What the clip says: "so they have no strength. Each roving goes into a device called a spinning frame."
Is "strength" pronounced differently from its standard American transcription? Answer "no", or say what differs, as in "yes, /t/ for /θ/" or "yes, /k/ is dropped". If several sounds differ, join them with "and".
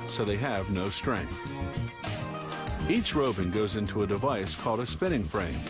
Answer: no